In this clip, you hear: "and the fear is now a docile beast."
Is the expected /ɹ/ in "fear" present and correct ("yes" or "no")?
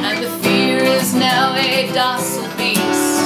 yes